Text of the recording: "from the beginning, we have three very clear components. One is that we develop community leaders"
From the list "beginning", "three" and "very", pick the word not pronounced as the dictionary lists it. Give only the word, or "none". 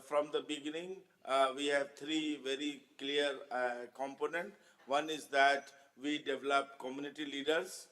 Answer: three